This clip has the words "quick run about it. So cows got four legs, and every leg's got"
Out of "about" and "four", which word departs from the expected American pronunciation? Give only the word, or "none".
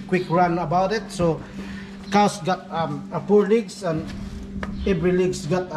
four